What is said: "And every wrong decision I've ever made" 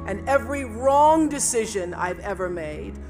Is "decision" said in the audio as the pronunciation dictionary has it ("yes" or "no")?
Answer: yes